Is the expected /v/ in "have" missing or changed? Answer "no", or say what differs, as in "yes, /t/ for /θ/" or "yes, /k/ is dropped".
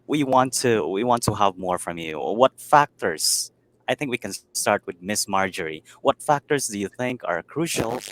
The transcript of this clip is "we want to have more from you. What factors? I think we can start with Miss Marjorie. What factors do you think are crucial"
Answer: no